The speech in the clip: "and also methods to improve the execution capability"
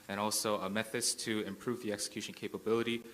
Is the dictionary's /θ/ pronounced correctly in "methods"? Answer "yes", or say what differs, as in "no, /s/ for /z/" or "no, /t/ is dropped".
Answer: yes